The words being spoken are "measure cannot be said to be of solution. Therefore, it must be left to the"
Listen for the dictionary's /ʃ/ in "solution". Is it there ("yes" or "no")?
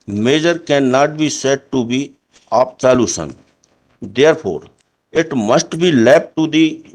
no